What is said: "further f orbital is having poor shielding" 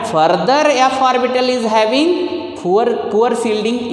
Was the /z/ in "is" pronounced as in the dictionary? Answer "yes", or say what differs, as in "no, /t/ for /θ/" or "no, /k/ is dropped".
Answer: yes